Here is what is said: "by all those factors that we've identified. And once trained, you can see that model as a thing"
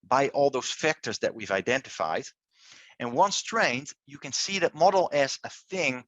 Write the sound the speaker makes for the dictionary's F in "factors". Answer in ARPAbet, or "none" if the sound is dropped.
F